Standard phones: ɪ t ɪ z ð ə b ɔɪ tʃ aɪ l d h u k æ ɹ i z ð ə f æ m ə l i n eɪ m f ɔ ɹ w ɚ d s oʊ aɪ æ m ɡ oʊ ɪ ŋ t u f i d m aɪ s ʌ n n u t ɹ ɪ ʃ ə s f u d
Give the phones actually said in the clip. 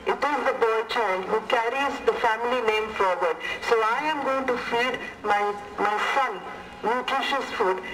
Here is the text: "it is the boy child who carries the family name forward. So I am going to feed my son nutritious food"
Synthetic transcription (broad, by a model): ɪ t ɪ z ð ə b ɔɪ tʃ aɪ n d h u k æ ɹ i z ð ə f æ m ə l i n eɪ m f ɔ ɹ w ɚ d s oʊ aɪ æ m ɡ oʊ ɪ ŋ t u f i d m aɪ s ʌ n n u t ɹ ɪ ʃ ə s f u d